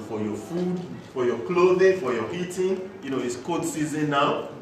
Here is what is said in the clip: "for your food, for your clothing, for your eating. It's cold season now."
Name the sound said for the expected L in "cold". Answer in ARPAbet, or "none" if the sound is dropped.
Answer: none